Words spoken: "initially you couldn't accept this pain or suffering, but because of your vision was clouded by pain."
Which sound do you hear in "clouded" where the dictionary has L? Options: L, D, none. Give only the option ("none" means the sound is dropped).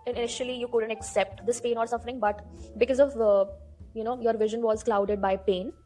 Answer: L